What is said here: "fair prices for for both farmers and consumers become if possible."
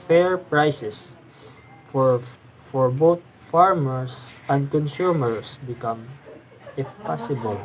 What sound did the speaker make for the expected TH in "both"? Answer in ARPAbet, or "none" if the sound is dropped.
T